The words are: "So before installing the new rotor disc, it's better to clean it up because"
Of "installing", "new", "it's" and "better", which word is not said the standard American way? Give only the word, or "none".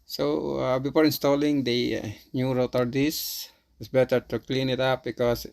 it's